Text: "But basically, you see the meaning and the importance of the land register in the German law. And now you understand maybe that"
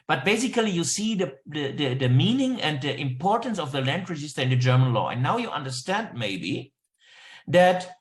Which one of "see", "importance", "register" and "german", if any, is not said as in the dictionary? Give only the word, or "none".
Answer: register